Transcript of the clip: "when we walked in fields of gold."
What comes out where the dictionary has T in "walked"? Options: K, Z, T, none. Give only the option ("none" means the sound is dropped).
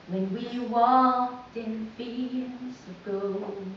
T